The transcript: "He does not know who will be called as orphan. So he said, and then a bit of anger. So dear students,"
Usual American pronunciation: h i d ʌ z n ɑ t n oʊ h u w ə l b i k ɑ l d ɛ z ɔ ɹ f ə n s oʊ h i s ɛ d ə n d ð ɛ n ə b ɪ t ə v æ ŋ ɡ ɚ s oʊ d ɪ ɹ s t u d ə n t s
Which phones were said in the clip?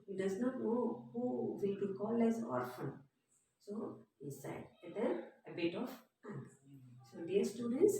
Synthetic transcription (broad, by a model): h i d ʌ z n ɑ t n oʊ h u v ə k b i k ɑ l ɛ z ɔ ɹ f ə n s oʊ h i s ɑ ə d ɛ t ə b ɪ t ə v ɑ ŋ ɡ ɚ s oʊ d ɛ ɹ s t u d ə n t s